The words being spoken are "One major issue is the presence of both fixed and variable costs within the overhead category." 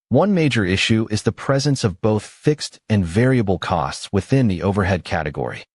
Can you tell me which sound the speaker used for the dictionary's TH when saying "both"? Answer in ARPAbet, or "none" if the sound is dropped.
TH